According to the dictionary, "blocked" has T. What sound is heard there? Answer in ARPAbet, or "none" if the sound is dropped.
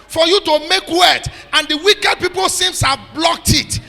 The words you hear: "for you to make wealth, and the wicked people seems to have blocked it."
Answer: T